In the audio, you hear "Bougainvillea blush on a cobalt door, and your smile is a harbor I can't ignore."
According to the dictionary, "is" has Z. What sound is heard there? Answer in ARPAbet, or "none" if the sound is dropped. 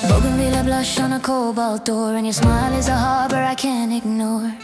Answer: Z